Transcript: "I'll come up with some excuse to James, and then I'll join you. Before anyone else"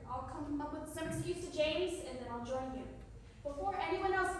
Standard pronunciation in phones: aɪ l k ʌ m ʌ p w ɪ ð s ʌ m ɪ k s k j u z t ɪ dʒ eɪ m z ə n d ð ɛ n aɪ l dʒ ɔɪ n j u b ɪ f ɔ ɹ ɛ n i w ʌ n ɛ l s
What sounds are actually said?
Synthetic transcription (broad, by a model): aɪ l k ʌ m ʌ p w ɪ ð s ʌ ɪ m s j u t ɪ dʒ eɪ m z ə n ð ɛ n aɪ l dʒ ɔɪ n j u b ɪ f ɔ ɹ ɛ n i w ʌ n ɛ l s